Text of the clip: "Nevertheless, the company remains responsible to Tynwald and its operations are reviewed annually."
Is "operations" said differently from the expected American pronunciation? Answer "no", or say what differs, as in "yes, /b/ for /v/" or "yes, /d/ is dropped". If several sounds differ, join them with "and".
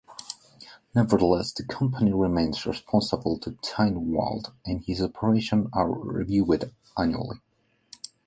yes, /z/ is dropped